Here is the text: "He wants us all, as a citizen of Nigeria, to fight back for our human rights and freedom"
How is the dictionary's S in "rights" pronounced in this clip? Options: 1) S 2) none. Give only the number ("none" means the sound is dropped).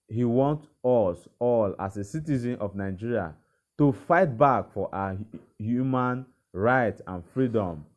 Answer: 2